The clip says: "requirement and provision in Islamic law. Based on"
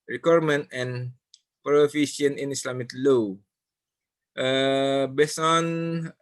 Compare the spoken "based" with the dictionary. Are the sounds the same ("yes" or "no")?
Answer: no